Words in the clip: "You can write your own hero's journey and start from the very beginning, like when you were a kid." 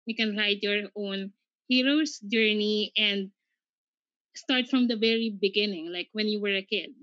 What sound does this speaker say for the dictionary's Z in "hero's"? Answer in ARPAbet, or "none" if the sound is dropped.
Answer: S